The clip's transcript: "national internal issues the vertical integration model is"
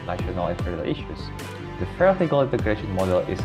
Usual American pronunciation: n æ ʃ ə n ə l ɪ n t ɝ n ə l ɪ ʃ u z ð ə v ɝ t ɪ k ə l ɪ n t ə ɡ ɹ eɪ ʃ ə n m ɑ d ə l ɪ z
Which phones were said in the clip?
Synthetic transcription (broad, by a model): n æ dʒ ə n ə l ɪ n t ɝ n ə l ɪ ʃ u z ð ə p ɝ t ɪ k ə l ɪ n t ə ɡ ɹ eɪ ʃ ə n m ɑ d ə l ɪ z